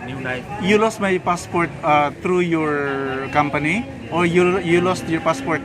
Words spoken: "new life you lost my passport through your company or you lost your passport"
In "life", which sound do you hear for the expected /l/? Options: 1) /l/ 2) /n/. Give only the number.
2